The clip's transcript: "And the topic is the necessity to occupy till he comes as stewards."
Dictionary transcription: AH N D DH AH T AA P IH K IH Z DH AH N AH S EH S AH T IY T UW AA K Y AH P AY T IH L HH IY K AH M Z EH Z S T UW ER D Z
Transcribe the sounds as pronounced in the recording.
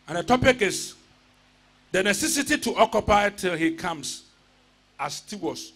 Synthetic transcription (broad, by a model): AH N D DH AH T AA P IH K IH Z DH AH N AH S EH S AH T IY T UW AA K Y AH P AY T IH L HH IY K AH M S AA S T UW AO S